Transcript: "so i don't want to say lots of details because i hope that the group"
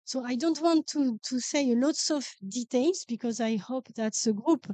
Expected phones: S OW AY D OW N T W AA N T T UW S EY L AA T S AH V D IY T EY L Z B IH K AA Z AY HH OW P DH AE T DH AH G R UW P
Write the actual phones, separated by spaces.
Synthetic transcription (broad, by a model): S OW AY D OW N T W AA N T T UW S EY L AA T S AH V D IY T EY L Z B IH K AA Z AY HH OW P DH AE T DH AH G R UW P